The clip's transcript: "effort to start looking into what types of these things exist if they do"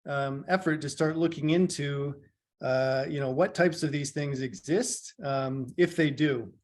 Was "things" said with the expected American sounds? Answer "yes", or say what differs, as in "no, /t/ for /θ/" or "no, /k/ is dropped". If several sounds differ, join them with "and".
yes